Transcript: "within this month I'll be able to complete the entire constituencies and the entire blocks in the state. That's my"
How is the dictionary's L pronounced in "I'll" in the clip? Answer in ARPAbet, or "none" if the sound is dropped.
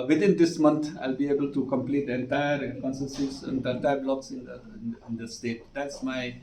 L